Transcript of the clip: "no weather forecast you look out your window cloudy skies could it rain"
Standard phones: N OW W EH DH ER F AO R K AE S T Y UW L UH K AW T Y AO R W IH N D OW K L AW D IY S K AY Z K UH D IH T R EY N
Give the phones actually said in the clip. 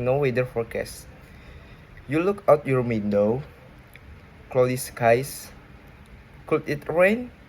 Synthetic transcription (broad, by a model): N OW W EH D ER F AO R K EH S Y UW L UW K AW T Y AO R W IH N D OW K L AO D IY S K AY S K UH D IH T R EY N